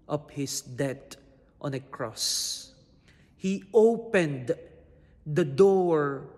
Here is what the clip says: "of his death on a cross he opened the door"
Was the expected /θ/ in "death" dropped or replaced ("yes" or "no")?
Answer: yes